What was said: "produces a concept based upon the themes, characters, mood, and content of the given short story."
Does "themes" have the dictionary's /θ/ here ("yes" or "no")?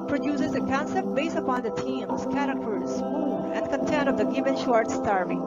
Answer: no